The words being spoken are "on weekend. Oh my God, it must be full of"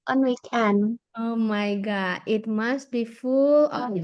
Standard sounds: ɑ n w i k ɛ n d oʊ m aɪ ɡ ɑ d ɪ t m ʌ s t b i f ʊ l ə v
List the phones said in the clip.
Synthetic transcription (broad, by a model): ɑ n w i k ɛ n oʊ m aɪ ɡ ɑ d ɪ t m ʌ s t b i f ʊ l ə